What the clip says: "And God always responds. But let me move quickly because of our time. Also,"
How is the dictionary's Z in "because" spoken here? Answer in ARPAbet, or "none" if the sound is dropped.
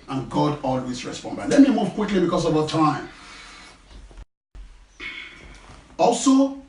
S